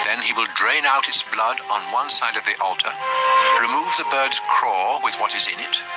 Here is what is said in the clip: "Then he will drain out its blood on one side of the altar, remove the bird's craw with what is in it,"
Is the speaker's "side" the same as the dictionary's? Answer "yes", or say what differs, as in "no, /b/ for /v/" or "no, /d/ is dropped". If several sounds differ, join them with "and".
yes